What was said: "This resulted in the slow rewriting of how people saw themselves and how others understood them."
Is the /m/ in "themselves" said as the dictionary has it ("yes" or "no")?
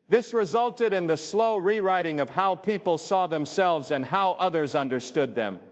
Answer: yes